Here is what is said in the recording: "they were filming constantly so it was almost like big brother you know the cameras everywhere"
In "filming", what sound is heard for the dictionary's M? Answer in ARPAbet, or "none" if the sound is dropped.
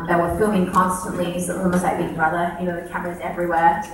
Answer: none